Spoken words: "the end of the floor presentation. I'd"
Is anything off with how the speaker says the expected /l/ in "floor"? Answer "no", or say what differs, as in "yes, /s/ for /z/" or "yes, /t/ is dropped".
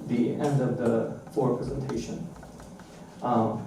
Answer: yes, /l/ is dropped